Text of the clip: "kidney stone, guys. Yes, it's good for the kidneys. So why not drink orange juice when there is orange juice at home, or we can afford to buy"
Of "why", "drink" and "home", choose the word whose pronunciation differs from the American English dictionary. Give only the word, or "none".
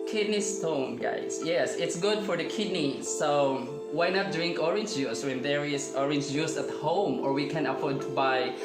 none